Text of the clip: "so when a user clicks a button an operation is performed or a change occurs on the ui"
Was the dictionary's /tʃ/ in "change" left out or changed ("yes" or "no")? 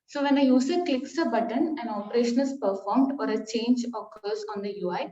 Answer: no